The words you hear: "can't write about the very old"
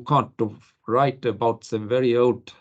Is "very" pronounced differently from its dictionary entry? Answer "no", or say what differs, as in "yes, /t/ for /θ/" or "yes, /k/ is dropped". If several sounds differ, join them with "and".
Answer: no